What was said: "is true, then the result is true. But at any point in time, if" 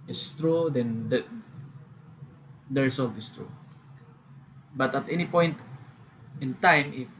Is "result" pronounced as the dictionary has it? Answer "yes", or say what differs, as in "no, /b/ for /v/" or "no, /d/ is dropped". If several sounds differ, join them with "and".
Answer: no, /s/ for /z/